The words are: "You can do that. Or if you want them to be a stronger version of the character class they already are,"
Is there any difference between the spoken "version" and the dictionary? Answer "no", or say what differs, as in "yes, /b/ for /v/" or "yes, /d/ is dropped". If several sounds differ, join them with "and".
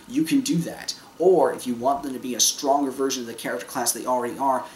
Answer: no